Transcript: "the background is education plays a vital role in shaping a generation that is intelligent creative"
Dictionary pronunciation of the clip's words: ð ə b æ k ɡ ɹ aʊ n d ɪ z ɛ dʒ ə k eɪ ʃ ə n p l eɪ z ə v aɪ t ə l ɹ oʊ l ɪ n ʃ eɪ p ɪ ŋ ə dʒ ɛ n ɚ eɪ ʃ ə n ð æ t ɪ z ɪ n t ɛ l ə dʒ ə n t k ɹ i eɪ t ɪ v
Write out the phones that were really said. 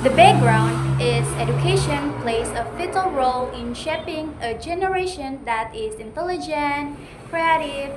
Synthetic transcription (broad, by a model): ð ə b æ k ɡ ɹ aʊ n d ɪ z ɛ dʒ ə k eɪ ʃ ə n p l eɪ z ə f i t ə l ɹ oʊ l ɪ n ʃ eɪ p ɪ ŋ ə dʒ ɛ n ɚ eɪ ʃ ə n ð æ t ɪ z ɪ n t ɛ l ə dʒ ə n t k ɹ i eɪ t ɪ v